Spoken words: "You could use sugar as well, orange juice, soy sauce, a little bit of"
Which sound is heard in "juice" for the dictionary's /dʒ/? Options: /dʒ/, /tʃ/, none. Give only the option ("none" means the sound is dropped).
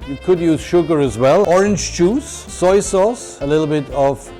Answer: /tʃ/